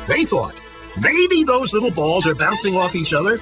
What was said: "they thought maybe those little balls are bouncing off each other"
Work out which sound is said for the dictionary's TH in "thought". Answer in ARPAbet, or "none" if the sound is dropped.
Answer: TH